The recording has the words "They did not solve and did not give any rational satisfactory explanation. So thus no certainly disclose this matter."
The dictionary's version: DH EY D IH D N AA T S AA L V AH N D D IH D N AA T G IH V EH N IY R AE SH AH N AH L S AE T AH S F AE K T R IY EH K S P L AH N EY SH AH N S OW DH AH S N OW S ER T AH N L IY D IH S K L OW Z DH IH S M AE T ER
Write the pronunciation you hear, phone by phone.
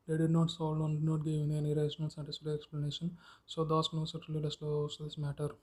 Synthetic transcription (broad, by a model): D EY D IH D N AA T S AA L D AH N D D IH D N AA T G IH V EH N IY R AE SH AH N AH L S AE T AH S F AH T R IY EH K S P L AH N EY SH AH N S OW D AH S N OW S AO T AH L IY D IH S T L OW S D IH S M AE T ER